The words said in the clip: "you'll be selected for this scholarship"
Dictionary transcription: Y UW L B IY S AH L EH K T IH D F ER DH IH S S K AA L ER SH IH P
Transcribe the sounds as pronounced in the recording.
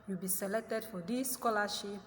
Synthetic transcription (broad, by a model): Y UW B IY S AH L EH T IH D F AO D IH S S K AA L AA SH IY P